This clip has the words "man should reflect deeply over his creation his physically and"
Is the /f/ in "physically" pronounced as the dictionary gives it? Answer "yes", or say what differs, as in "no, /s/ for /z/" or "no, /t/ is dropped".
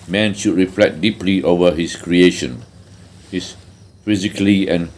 yes